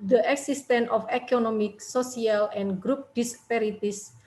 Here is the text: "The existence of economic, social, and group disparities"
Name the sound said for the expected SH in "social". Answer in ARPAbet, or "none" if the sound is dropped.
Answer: S